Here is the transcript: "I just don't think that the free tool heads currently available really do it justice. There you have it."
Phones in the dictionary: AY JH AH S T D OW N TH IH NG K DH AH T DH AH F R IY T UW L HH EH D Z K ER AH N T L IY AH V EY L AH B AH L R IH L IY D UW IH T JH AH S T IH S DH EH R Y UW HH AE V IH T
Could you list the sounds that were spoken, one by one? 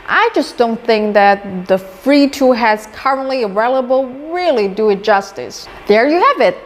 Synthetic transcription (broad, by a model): AY JH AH S D OW N TH IH NG K DH AH T DH AH F R IY T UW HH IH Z K ER AH N T L IY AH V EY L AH B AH L R IH L IY D UW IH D JH AH S T IH S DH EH R Y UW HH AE V IH T